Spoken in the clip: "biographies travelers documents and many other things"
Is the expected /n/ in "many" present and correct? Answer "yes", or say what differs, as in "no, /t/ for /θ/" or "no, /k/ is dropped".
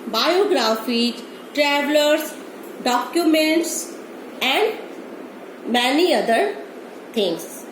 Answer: yes